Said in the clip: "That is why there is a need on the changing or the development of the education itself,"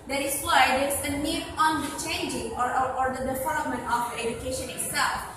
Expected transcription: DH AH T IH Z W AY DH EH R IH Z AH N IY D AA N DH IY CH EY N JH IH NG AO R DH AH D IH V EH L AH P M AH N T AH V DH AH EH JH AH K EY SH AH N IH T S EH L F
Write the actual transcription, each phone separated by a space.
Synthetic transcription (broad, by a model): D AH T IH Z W AY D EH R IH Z AH N IY D AA N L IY CH EY N JH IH NG AO R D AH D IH F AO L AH M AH N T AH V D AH EH JH AH K EY SH AH N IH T S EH L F